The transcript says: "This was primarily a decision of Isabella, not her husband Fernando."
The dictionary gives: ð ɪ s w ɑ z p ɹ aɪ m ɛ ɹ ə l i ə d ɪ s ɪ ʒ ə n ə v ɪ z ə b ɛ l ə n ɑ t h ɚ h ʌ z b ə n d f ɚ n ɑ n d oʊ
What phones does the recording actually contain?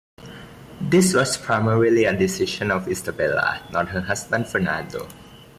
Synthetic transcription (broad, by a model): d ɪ s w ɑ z p ɹ aɪ m ɛ ɹ ə l i ə d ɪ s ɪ ʃ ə n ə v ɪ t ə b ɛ l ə n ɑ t h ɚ h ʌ s b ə n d f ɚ n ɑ n d oʊ